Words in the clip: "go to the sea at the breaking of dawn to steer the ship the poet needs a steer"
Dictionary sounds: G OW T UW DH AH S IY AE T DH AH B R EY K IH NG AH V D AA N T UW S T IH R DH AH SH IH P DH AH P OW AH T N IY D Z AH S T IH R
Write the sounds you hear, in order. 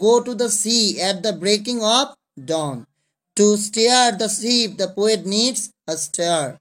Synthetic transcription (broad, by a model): OW T UW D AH S IY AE T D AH B R EY K IH NG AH P D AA N T UW S T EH R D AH S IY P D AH P OW AH T N IY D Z AH S T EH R